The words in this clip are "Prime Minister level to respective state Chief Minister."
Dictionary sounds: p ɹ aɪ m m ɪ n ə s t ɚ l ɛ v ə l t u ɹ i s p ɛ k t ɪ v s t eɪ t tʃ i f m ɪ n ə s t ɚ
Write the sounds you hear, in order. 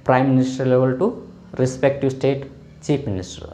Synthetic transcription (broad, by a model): p ɹ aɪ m m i n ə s t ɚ l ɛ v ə l t u ɹ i s p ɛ k t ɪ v s t eɪ t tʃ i p m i n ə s t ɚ